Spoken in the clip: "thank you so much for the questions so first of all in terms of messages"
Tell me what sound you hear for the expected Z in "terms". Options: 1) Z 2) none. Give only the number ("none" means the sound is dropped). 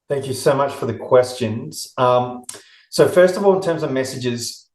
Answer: 1